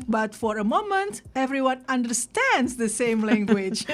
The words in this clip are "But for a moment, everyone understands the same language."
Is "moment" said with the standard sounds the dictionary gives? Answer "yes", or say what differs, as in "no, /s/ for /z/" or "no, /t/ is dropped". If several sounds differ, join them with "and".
yes